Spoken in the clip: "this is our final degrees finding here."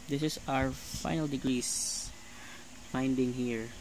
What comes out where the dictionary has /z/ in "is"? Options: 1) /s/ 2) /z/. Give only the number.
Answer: 1